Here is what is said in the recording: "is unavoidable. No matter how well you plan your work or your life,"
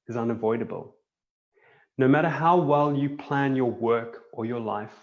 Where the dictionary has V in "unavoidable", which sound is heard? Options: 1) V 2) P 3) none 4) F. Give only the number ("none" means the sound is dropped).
1